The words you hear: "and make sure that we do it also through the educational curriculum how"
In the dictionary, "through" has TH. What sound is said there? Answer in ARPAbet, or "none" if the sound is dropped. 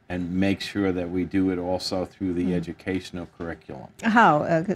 TH